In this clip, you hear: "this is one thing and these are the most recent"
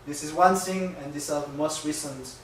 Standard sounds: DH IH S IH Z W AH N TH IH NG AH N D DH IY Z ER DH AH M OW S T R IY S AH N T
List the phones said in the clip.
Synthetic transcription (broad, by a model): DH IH S IH Z W AH N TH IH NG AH N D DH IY S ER DH AH M OW S T R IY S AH N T